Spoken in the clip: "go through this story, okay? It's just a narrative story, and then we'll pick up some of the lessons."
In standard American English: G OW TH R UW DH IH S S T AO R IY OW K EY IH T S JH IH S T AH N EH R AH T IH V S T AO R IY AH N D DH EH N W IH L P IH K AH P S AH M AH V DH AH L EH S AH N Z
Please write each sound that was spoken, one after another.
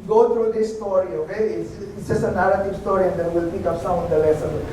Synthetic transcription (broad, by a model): G OW T R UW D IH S S T AO R IY OW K EY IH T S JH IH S AH N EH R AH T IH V S T AO R IY AH N D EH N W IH L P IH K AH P S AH AH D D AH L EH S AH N